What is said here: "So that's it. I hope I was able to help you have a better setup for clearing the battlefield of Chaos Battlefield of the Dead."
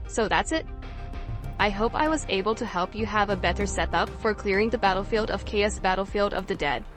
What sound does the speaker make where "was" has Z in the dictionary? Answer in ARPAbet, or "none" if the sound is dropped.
Z